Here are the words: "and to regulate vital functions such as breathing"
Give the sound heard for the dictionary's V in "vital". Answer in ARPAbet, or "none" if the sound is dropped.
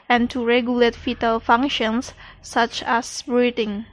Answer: F